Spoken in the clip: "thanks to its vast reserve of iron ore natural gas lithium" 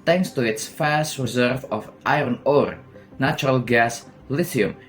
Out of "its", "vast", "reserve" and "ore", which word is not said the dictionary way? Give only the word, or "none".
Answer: vast